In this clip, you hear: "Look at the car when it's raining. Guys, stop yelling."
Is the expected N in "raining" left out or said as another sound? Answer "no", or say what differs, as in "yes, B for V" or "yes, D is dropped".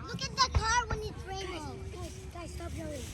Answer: yes, N is dropped